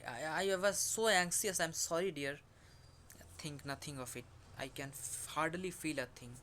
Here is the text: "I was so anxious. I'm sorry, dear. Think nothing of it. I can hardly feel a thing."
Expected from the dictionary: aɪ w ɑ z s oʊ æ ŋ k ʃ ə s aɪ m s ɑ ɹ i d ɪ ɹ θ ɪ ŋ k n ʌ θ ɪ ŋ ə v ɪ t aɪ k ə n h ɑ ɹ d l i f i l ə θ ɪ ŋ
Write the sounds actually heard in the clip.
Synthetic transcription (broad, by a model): aɪ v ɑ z s oʊ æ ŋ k s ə s aɪ m s ɑ ɹ i d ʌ ɹ t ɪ ŋ k n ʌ t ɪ ŋ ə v ɪ t aɪ k ə n h ɑ ɹ d l i f i l ə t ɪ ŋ